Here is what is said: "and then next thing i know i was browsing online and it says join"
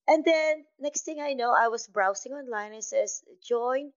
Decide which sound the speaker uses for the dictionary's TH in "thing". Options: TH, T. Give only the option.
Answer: T